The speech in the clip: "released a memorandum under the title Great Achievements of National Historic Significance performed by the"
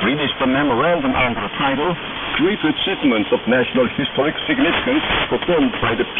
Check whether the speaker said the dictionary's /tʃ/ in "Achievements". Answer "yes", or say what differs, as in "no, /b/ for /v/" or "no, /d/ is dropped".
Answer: no, /s/ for /tʃ/